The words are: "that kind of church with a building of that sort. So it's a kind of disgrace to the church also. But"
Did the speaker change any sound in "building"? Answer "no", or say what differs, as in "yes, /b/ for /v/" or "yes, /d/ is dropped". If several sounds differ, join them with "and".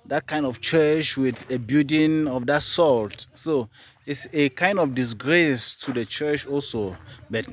yes, /l/ is dropped